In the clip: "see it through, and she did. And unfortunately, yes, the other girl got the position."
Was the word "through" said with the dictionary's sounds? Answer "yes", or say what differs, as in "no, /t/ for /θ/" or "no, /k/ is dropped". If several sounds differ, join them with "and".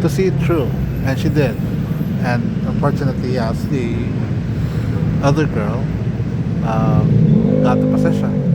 no, /t/ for /θ/